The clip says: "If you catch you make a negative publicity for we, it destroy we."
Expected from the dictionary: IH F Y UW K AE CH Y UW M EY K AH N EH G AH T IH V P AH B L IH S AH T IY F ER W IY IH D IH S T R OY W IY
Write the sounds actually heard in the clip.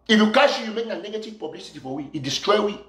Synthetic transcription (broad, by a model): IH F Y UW K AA SH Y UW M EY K AH N EH G AH T IH V P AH B L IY S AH T IY F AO W IY D IH S T R OY W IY